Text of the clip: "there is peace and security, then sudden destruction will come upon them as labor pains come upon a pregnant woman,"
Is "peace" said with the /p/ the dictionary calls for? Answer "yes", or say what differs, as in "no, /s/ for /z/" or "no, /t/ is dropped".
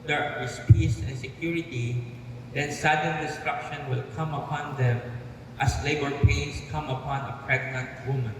yes